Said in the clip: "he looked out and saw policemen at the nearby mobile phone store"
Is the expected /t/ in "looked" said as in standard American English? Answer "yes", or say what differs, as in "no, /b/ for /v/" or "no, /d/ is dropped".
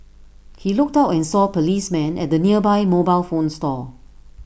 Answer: yes